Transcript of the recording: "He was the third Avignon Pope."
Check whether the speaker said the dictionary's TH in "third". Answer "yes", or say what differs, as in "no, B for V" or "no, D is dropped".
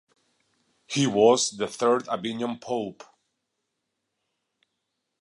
yes